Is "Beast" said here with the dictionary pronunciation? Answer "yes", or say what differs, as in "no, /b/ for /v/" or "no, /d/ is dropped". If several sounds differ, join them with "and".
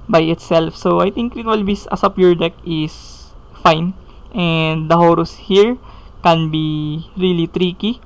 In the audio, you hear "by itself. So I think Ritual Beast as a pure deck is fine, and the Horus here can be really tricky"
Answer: no, /t/ is dropped